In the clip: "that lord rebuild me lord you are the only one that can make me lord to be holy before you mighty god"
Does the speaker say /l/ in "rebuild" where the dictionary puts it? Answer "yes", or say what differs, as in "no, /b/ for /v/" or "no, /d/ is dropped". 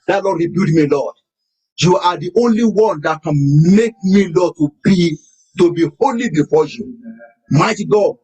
no, /l/ is dropped